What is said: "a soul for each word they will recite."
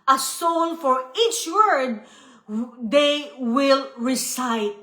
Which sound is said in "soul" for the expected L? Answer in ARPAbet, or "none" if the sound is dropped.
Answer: N